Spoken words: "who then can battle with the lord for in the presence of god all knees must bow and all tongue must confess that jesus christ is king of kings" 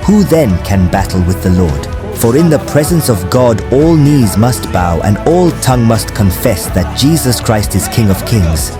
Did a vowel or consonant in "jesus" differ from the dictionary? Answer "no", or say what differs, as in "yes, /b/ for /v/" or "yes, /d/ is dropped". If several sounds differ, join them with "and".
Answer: no